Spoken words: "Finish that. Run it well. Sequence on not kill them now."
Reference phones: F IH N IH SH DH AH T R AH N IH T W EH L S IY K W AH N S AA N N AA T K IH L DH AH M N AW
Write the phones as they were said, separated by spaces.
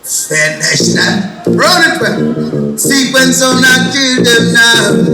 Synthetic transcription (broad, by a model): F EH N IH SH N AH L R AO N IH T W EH N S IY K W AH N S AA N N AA K IH L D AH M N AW